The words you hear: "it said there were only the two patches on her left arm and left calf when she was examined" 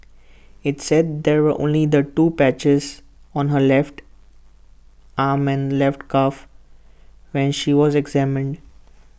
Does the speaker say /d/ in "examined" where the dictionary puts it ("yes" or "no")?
yes